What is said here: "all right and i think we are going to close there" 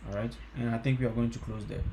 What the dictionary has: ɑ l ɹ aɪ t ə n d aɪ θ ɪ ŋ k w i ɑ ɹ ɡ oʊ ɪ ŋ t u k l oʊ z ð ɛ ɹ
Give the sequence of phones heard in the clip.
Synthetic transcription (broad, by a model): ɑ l ɹ aɪ t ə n aɪ t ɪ ŋ k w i ɑ ɹ ɡ oʊ ɪ ŋ t u k l oʊ z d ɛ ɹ